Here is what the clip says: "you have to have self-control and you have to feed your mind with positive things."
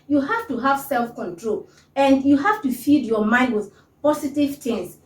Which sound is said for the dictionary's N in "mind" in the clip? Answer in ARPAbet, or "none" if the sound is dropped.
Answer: N